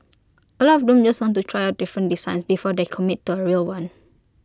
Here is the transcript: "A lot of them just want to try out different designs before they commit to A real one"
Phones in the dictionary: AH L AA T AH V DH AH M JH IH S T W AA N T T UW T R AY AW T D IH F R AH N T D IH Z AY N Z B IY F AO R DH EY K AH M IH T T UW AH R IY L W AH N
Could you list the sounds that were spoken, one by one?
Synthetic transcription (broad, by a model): AH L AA AH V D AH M JH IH S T W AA N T T UW T R AY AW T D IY F R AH N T D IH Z AY N S B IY F AO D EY K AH M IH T T UW AH R IY L W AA N